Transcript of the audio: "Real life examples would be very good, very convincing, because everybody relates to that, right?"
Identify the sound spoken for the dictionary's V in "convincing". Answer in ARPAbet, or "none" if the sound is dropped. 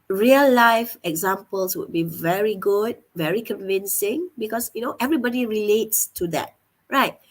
V